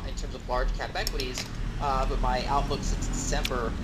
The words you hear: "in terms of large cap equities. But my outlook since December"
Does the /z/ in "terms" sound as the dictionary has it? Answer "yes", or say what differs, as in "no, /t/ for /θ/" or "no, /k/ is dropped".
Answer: yes